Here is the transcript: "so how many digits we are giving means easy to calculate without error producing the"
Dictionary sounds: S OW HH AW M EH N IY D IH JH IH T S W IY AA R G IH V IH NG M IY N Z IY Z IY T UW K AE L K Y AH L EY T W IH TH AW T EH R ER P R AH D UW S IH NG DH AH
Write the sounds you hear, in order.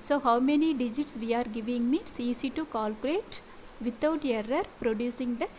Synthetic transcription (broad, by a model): S OW HH AW M EH N IY D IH JH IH T S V IY AA R G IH V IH NG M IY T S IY S IY T UW K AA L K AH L EY T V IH T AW T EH R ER P R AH D UW S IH NG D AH